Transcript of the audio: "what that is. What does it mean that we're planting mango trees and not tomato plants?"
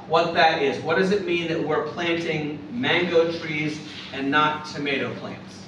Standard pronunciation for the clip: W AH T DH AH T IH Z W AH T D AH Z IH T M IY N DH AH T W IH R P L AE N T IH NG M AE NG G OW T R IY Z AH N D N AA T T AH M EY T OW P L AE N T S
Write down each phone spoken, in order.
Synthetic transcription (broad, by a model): W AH T DH AH T IH Z W AH T D AH Z IH T M IY N DH AH T W IH R P L AE N T IH NG M AE NG G OW T R IY Z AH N N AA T T AH M EY T OW P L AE N T S